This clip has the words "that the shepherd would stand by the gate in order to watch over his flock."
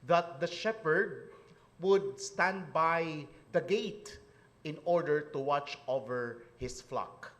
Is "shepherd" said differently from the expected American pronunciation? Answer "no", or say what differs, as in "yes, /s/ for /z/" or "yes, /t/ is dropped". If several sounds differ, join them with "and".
no